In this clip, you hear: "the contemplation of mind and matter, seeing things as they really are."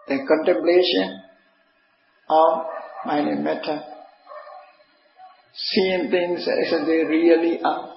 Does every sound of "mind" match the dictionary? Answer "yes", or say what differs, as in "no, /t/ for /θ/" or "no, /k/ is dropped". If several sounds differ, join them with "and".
no, /d/ is dropped